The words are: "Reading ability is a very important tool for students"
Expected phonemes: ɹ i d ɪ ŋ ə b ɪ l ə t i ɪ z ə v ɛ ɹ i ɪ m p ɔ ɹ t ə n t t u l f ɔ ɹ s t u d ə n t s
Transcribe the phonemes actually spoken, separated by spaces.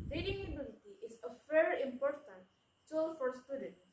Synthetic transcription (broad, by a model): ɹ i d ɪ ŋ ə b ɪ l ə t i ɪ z ə f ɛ ɹ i ɪ m p ɔ ɹ t ə n t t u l f ɔ ɹ s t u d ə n